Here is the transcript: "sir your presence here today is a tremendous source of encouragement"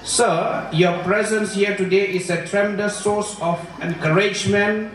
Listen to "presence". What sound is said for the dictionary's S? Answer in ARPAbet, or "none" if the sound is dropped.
S